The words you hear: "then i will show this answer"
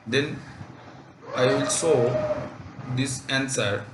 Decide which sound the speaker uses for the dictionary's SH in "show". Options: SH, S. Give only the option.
S